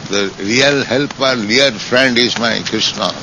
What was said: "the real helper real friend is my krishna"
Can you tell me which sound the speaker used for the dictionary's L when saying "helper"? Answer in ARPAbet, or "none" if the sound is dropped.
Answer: L